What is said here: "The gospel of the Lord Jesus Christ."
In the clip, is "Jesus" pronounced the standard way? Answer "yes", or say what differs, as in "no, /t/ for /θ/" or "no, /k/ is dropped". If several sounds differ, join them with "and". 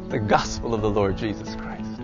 yes